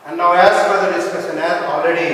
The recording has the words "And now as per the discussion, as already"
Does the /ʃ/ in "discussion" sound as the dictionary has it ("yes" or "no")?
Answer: no